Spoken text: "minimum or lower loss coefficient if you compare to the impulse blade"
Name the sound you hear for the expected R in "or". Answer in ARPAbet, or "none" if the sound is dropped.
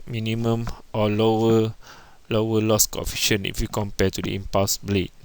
W